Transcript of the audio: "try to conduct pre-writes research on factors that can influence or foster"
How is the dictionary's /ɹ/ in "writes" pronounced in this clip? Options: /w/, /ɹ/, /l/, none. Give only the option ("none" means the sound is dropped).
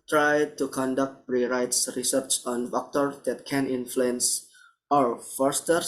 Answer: /ɹ/